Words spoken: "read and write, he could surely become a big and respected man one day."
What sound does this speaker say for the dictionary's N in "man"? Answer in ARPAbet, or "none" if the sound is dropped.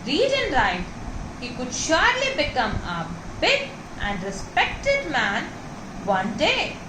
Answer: N